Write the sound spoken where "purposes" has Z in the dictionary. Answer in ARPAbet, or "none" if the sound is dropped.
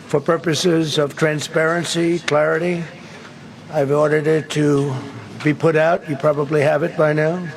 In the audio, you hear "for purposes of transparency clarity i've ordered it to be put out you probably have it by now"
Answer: Z